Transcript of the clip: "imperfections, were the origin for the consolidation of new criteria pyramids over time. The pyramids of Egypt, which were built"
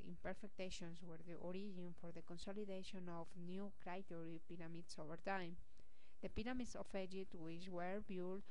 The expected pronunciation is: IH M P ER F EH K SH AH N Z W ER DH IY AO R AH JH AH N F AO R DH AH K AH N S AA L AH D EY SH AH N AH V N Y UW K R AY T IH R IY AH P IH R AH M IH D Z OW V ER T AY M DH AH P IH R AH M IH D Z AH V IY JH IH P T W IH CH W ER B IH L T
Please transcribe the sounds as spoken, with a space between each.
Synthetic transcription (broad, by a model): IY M P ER F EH K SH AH N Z W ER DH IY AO R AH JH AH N F AO R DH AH K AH N S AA L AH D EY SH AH N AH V N Y UW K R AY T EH R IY P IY R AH M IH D S OW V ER T AY M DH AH P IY R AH M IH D S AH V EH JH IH T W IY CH W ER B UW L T